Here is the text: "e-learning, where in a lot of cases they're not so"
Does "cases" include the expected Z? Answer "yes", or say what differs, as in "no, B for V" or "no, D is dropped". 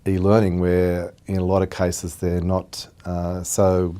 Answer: yes